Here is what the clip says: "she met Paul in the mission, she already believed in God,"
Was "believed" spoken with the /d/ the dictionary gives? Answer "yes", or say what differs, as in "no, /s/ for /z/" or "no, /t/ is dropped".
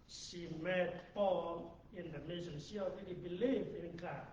no, /d/ is dropped